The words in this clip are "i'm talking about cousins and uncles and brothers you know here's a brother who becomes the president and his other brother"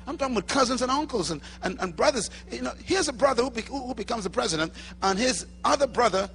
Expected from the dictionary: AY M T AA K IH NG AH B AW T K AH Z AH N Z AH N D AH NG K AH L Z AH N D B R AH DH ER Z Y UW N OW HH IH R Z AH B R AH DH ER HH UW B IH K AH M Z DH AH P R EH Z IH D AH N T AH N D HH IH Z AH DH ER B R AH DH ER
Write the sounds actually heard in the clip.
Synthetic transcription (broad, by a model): AY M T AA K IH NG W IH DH K AH Z AH N Z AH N AH NG K L Z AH N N B R AH DH ER Z Y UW N OW HH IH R Z AH B R AH DH ER HH UW B IH K AH M Z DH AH P R EH Z IH D AH N T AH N IH Z AH DH ER B R AH DH ER